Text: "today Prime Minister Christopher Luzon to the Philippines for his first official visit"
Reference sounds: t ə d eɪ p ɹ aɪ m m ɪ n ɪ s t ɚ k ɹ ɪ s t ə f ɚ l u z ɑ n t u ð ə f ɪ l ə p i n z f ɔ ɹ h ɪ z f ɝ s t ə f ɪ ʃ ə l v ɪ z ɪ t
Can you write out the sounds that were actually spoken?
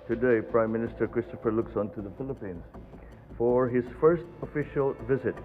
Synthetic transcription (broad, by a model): t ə d eɪ p ɹ aɪ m m ɪ n ɪ s t ɚ k ɹ ɪ s t ə f ɚ l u s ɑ n t u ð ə f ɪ l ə p i n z f ɔ ɹ h ɪ z f ɝ s t ə f ɪ ʃ ə l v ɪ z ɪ t